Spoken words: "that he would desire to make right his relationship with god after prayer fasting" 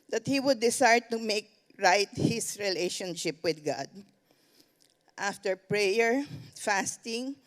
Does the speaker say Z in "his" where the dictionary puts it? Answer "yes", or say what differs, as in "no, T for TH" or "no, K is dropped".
no, S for Z